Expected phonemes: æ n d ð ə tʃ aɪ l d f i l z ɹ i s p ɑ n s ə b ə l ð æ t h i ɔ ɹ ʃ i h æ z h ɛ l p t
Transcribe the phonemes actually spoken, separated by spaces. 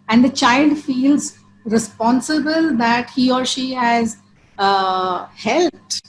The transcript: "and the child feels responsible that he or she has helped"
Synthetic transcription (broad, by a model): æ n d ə tʃ aɪ l d f i l z ɹ i s p ɑ n s ə b ə l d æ t h i ɔ ɹ ʃ i h æ z h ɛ l p t